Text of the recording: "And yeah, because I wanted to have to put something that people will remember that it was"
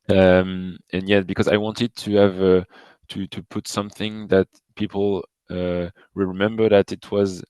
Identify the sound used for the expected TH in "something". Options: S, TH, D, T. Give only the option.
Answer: TH